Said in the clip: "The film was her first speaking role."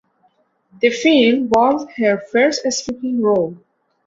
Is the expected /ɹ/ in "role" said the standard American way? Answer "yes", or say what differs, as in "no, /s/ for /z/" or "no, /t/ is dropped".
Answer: yes